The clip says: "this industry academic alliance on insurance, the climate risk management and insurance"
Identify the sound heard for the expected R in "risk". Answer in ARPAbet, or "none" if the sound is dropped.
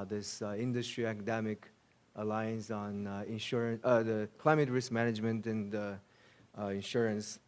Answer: R